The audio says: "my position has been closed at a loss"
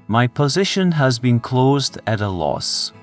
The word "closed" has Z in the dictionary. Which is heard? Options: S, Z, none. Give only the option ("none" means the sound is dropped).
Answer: Z